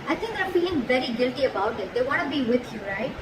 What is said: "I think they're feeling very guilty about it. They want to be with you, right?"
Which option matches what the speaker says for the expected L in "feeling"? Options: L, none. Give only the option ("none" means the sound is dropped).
none